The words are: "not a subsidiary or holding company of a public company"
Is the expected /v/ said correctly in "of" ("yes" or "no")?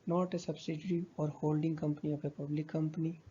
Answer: no